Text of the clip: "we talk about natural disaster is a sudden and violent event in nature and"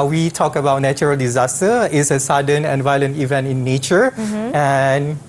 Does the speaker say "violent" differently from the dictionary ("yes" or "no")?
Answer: no